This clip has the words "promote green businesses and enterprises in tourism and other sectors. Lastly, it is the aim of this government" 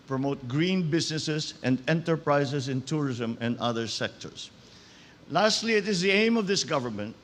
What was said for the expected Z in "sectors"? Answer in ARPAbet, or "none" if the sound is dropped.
S